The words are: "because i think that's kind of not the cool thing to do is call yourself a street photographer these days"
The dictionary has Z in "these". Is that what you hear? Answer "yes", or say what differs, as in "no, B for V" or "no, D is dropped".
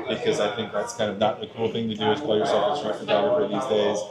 yes